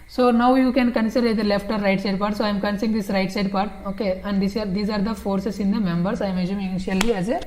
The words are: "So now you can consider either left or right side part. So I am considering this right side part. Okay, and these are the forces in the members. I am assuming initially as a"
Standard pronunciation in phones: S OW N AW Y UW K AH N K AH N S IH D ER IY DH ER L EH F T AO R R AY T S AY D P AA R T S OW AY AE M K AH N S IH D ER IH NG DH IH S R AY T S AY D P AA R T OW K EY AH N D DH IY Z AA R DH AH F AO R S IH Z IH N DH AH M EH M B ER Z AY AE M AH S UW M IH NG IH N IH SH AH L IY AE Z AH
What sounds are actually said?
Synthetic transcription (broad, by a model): S OW N AW Y UW K AH N K AH N S IH D ER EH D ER L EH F T AO R R AY T S AY D P AA R T S OW AY M K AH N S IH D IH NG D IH S R AY T S AY D P AA R T OW K EY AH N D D IY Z AA R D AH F AO R S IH S IH N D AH M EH M B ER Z AY M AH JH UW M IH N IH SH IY AH L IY AE Z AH